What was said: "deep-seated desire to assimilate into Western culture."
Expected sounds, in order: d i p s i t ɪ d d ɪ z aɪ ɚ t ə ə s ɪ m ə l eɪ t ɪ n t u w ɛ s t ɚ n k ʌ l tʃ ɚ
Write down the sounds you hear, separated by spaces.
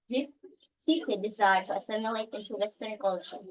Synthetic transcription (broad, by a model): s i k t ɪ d d ɪ z aɪ ɚ t ə ə s ɪ m ə l eɪ t ɪ n t u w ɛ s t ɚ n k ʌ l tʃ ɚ